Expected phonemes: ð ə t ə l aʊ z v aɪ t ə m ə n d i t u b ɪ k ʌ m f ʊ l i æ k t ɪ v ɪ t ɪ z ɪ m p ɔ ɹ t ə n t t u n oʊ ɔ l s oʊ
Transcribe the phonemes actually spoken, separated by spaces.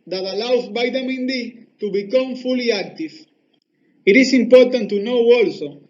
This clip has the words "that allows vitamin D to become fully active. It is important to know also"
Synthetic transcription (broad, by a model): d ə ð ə l aʊ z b aɪ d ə m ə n d i t u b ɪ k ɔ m f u l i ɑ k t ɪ f ɪ t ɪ s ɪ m p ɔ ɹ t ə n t t u n oʊ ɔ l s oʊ